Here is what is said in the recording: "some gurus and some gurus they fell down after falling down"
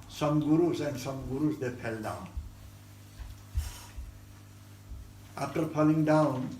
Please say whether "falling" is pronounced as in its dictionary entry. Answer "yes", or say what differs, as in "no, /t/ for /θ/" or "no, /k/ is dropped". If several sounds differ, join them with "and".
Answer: no, /p/ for /f/